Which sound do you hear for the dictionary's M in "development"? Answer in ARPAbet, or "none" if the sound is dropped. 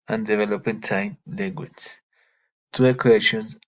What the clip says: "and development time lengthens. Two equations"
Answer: none